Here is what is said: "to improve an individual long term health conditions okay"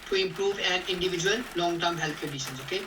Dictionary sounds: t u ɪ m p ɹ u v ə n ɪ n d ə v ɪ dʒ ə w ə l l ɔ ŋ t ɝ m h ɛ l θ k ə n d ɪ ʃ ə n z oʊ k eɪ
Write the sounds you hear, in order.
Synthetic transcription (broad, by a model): t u ɪ m p ɹ u v ə n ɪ n d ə v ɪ dʒ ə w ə l l ɔ ŋ t ɝ m h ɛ l t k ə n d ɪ ʃ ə n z oʊ k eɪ